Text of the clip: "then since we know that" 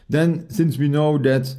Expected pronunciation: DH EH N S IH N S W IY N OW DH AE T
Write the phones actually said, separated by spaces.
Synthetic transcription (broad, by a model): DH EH N S IH N S W IY N OW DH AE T